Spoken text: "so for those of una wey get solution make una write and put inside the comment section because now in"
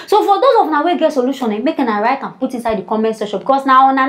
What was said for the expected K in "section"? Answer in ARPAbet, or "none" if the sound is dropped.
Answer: none